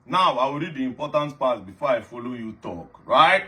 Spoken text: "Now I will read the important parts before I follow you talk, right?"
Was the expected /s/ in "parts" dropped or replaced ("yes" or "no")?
yes